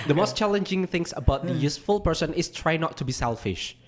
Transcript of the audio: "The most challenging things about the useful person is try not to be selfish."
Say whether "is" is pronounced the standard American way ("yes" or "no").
no